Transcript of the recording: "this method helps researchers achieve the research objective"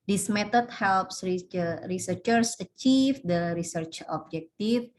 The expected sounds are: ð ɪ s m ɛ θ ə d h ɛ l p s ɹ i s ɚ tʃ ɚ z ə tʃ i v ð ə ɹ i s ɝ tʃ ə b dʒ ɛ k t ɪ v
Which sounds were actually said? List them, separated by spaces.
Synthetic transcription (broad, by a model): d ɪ s m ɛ t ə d h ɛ l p s ɹ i s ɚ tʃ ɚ s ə tʃ i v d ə ɹ i s ɝ tʃ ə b dʒ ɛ k t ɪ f